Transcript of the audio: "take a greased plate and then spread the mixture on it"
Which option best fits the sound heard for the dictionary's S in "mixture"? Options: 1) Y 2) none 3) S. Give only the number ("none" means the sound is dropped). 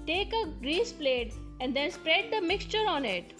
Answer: 3